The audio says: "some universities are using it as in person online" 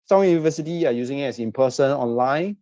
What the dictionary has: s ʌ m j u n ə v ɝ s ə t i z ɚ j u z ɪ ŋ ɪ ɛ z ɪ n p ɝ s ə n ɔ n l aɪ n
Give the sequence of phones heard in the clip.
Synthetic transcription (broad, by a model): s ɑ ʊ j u n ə v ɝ s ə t i ɚ j u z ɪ ŋ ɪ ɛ s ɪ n p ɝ s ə n ɔ n l aɪ n